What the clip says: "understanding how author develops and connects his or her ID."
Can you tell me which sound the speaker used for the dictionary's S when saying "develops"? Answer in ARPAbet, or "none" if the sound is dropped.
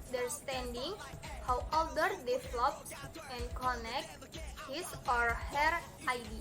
none